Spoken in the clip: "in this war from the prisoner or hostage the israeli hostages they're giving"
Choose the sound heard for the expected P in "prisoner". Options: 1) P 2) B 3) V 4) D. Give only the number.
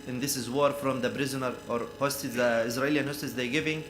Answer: 2